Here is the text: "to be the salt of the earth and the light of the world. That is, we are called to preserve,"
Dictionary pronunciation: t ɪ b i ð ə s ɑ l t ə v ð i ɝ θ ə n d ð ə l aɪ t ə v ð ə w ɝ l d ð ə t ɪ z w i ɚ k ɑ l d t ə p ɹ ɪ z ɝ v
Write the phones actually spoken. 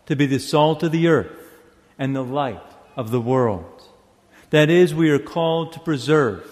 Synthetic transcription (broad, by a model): t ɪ b i ð ə s ɑ l t ə v ð i ɝ θ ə n ð ə l aɪ t ə v ð ə w ɝ l d ð ə t ɪ z w i ɚ k ɑ l d t ə p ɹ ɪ z ɝ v